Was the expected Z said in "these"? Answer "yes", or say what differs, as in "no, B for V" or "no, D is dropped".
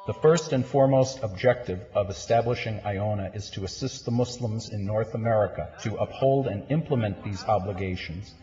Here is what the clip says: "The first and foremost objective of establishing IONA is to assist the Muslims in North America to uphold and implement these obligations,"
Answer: yes